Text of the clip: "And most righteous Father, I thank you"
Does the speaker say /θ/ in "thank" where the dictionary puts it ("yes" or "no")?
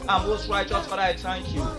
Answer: no